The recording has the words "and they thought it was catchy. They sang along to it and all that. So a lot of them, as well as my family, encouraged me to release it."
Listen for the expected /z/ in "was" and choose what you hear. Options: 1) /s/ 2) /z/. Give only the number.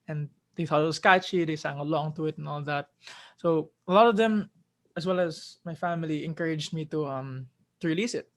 1